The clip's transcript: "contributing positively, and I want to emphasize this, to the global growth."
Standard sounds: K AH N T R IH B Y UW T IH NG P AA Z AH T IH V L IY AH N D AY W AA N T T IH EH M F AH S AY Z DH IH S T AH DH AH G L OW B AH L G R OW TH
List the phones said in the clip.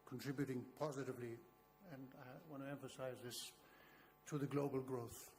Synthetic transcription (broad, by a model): K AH N T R IH B Y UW T IH NG P AA Z AH T IH V L IY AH N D AY W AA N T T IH EH M F AH S AY Z DH IH S T AH DH AH G L OW B AH L G R OW TH